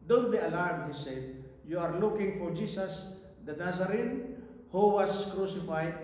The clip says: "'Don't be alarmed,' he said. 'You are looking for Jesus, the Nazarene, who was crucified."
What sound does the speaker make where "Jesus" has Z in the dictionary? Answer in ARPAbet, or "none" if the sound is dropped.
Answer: S